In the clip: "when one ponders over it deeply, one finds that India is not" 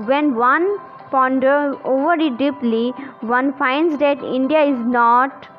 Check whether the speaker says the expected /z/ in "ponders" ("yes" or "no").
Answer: no